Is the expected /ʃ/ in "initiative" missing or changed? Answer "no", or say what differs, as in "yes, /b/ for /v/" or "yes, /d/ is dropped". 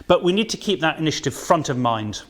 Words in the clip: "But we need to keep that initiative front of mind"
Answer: no